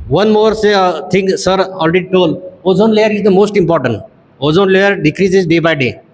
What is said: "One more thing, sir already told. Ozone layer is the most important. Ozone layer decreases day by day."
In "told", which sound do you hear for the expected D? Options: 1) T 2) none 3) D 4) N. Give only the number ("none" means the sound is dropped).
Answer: 2